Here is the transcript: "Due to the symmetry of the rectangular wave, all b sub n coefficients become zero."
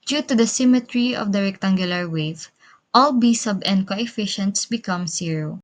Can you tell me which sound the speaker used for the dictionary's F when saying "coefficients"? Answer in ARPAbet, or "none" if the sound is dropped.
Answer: F